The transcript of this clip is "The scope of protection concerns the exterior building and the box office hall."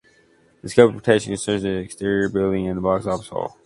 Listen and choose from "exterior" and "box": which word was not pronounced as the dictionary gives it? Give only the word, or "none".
none